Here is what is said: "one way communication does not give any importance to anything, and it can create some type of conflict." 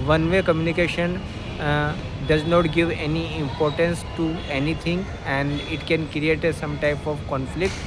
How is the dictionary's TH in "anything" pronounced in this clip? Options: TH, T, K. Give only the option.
T